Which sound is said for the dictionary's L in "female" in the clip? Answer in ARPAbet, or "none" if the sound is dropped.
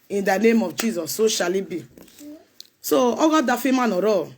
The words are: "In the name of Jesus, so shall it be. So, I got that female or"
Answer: N